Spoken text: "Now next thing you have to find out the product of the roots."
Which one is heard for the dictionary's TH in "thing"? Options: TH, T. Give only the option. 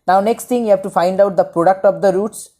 T